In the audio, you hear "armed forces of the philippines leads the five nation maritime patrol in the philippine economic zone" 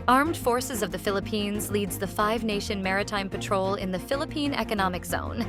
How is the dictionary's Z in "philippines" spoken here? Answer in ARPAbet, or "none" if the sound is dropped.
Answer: Z